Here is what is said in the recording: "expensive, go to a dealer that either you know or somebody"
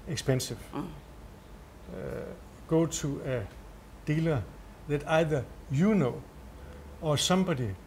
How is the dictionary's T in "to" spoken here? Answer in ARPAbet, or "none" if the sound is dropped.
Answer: S